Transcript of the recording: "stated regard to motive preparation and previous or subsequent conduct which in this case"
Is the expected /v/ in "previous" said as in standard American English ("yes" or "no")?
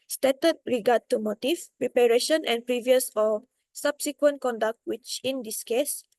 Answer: yes